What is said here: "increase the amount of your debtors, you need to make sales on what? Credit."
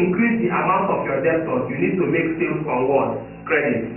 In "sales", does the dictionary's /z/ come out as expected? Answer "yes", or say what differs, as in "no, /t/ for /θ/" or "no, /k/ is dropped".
no, /z/ is dropped